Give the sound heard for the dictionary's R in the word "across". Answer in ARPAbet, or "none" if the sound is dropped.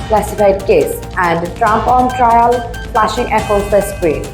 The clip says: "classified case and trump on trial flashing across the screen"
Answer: none